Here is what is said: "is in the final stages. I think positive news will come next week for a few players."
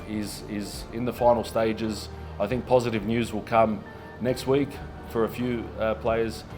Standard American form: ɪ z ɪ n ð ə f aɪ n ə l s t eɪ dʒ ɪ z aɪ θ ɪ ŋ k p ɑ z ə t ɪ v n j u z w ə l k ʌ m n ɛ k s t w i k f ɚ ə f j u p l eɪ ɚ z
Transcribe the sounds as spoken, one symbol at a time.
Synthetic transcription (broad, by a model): ɪ z ɪ n ð ə f aɪ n l s t eɪ dʒ ɪ z aɪ θ ɪ ŋ k p ɑ z ə t ɪ v n j u z w ə l k ʌ m n ɛ k s t w i k f ɚ ə f j u p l eɪ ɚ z